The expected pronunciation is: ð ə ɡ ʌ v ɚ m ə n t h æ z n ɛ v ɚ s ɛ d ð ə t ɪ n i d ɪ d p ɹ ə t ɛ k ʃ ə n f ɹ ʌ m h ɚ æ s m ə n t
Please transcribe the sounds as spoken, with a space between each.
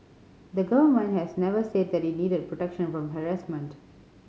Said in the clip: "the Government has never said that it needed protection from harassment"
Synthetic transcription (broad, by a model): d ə ɡ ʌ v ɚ m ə n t h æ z n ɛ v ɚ s ɛ d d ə t ɪ n i d ɪ d p ɹ ə t ɛ k ʃ ə n f ɹ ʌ m h ɚ æ s m ə n t